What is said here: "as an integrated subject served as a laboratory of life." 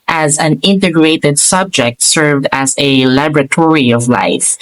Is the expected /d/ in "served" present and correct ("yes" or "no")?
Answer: yes